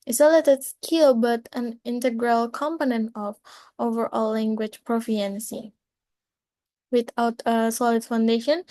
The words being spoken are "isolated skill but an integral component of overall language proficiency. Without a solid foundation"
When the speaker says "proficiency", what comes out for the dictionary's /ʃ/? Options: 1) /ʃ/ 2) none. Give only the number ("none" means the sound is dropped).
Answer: 2